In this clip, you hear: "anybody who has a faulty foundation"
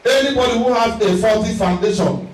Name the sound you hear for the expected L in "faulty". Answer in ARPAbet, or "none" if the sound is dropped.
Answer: none